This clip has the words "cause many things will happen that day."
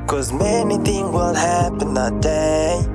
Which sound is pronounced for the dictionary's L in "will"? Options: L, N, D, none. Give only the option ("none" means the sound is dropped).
N